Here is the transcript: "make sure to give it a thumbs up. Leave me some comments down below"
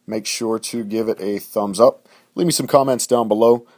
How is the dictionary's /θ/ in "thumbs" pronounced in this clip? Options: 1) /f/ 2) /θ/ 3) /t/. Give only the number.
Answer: 2